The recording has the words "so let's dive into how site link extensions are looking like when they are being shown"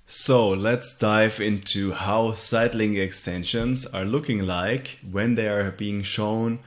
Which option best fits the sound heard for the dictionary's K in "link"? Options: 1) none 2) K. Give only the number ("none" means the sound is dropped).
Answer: 1